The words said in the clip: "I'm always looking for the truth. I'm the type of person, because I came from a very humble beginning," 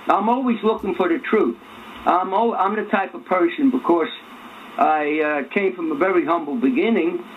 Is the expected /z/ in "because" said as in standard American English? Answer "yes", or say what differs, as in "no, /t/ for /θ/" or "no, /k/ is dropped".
no, /s/ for /z/